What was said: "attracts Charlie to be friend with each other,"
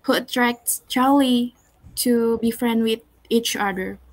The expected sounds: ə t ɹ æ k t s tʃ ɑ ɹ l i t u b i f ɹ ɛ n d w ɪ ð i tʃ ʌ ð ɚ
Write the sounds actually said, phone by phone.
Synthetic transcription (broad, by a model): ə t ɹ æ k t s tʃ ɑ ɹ l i t u b i f ɹ ɛ n d w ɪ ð i tʃ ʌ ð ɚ